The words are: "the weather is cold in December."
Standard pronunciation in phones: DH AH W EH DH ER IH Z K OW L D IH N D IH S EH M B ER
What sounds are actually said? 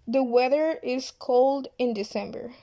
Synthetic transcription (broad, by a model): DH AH W EH DH ER IH Z K OW L D IH N D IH S EH M B ER